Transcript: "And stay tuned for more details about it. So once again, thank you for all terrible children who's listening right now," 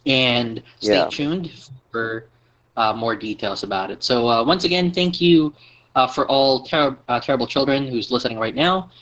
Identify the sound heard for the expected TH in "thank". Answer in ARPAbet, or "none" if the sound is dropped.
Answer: TH